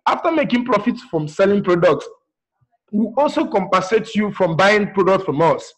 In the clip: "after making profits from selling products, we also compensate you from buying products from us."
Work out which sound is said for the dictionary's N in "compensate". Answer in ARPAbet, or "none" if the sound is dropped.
none